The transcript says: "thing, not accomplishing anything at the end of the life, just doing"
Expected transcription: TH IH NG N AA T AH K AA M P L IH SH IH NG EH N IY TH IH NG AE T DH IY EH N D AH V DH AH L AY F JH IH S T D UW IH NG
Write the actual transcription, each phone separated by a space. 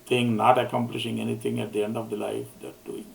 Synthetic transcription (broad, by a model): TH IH NG N AA T AH K AA M P L IH SH IH NG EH N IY T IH NG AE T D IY EH N D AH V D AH L AY F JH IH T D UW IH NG